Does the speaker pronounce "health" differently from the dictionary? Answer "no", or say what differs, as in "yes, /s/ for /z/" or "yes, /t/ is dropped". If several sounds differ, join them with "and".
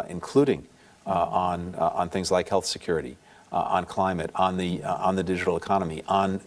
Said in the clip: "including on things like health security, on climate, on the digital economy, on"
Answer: no